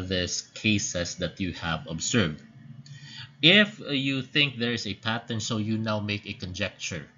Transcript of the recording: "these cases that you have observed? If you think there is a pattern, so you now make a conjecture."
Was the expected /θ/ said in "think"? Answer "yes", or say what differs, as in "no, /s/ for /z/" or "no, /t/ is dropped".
yes